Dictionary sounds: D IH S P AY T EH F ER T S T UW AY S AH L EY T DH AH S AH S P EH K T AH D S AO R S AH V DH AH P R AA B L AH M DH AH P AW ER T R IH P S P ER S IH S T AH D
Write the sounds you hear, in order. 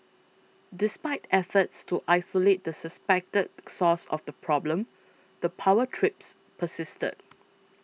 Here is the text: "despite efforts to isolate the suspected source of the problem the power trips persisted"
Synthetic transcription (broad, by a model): D IH S P AY T EH F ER T S T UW AY S AH L EY T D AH S AH S P EH K T AH D S AO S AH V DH AH P R AA B L AH M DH AH P AW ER T R IH P S P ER S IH S T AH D